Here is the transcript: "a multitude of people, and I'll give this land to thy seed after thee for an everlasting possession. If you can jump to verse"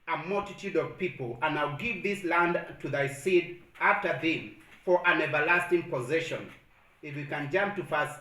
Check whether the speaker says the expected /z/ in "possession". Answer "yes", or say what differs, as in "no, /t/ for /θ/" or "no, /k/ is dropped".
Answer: yes